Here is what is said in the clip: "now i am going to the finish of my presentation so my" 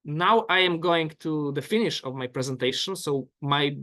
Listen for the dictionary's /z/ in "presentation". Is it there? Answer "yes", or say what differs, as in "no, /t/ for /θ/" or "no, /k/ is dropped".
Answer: yes